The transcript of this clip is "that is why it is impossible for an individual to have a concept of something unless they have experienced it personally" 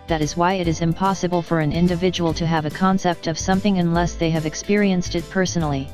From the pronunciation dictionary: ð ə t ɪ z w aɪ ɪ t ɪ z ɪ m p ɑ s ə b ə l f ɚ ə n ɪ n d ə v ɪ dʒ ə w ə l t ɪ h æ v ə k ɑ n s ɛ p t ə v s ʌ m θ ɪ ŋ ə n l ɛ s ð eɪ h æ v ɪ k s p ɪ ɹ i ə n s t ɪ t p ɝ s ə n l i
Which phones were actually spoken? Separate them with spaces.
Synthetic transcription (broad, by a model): ð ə t ɪ z w aɪ ɪ t ɪ z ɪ m p ɑ s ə b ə l f ɚ ə n ɪ n d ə v ɪ dʒ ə w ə l t ɪ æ v ə k ɑ n s ɛ p t ə v s ʌ m θ ɪ ŋ ə n l ɛ s ð eɪ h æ v ɪ k s p ɪ ɹ i ə n s t ɪ t p ɝ s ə n l i